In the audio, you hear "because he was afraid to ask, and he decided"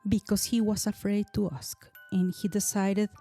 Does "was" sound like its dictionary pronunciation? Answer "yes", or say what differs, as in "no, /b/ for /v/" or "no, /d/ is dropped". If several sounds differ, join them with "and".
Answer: no, /s/ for /z/